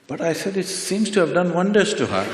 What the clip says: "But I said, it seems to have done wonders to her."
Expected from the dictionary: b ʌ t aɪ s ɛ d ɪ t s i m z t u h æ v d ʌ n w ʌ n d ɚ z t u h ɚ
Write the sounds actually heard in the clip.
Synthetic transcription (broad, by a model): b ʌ t aɪ s ɛ d ɪ t s i m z t u h æ v d ʌ n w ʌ n d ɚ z t u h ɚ